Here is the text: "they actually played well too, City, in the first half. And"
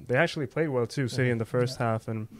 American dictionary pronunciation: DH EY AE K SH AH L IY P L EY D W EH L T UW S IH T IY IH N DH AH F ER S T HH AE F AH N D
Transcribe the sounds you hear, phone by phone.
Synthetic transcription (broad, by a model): DH EY AE K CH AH L IY P L EY D W EH L T UW S IH T IY IH N DH AH F ER S T HH AE F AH N